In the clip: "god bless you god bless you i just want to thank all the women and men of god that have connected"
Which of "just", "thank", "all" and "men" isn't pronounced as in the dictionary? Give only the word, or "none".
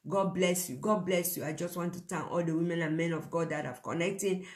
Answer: thank